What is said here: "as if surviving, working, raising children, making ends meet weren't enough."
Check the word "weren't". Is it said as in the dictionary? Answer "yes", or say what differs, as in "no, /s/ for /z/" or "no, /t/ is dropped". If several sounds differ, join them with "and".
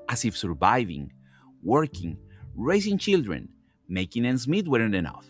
no, /t/ is dropped